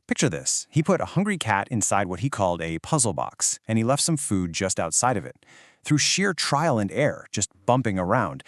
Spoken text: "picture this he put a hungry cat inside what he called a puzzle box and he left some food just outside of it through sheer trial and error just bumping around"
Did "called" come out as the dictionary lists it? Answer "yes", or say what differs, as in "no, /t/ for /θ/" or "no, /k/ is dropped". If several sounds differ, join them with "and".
yes